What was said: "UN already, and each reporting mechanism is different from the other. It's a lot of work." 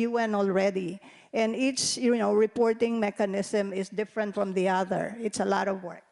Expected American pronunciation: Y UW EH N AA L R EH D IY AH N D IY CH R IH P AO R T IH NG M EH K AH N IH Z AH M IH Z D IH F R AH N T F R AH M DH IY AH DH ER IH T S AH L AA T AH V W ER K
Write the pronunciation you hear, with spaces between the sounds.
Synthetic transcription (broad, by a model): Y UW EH N AA L R EH D IY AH N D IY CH R IH P AO R T IH NG M EH K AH N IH S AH M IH S D IH F R AH N T F R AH M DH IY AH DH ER IH T S AH L AA T AH V W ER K